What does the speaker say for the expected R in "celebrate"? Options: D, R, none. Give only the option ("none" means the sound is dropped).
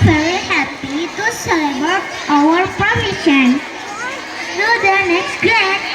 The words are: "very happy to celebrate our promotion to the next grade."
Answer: none